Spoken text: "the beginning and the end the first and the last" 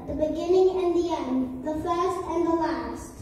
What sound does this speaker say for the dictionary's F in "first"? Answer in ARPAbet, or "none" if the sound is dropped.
F